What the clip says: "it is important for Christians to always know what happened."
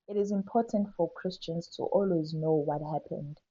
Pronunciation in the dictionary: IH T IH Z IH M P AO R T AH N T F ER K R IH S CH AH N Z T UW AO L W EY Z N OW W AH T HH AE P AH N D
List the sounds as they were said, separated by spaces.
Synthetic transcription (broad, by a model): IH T IH Z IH M P AO T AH N T F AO K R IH S CH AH N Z T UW AO L W EY Z N OW W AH T HH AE P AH N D